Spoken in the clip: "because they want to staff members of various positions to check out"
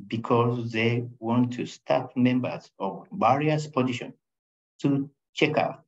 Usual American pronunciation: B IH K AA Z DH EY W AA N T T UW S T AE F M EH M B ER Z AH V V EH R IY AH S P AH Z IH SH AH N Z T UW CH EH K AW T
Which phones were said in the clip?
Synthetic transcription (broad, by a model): B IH K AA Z DH EY W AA N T T UW S T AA P M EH M B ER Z AH V B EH R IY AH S P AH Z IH SH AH N T UW CH EH K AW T